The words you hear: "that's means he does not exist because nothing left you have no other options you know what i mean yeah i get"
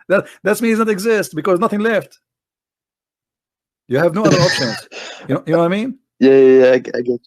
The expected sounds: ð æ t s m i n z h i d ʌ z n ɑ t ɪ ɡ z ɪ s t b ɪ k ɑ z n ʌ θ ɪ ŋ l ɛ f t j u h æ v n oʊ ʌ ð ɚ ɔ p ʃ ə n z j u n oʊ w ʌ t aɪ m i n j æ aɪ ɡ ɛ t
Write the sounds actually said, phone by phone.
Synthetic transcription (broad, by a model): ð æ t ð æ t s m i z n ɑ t ɪ ɡ z ɪ s t b ɪ k ɑ z n ʌ θ ɪ ŋ l ɛ f t j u h æ v n oʊ ʌ ð ɚ ɔ p ʃ ə n z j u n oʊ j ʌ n aɪ m i n j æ aɪ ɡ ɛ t